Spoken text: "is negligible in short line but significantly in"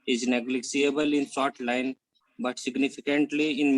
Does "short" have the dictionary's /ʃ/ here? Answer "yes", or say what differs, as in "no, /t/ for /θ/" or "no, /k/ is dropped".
no, /s/ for /ʃ/